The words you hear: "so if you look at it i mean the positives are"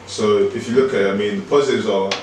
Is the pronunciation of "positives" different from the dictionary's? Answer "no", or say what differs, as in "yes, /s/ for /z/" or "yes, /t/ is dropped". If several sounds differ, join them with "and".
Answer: yes, /v/ is dropped